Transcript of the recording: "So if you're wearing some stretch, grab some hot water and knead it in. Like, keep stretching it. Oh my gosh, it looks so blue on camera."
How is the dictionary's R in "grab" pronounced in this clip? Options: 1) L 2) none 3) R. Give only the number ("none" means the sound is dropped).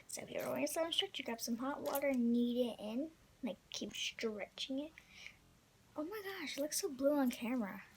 2